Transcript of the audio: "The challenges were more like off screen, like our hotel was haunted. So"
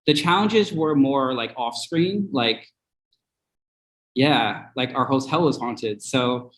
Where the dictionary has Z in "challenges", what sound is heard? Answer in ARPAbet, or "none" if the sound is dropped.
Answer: Z